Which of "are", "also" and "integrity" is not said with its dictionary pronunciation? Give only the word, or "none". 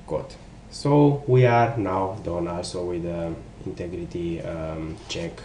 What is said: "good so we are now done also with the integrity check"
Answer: none